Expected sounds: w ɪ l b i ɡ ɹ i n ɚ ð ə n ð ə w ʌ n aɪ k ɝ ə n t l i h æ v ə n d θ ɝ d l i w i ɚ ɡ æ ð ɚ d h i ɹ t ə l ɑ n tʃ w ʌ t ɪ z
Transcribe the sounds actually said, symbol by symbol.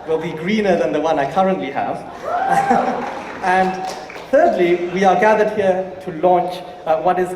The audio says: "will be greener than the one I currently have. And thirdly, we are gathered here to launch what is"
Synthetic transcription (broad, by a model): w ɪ l b i ɡ ɹ i n ɚ ð ə n ð ə w ʌ n aɪ k ɝ ə n t l i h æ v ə n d θ ɝ d l i w i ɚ ɡ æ ð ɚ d h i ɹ t ə l ɑ n tʃ w ʌ t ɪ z